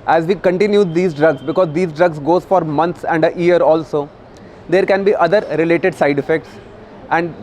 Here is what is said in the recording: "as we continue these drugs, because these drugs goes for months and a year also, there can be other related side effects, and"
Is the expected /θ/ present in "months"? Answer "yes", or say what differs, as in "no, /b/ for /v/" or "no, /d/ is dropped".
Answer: no, /t/ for /θ/